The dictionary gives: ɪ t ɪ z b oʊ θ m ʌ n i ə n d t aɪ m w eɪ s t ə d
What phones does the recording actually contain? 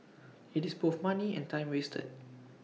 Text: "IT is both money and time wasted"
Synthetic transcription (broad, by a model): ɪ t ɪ s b oʊ f m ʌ n i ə n t aɪ m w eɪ s t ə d